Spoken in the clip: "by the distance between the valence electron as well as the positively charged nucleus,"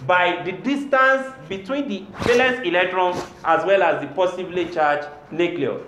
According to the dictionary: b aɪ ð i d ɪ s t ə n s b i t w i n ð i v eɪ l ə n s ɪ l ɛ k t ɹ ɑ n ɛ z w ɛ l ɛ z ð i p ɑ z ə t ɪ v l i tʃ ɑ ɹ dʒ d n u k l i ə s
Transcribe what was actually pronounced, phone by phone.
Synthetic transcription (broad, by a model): b aɪ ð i d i s t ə n s b i t w i n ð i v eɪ l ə s ɪ l ɛ k t ɹ ɑ n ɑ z w ɛ l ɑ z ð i p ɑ s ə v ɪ l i tʃ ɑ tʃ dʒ n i k l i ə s